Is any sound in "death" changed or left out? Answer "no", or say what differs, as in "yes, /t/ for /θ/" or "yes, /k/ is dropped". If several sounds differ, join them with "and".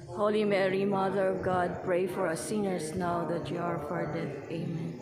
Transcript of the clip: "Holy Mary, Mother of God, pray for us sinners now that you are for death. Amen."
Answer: yes, /t/ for /θ/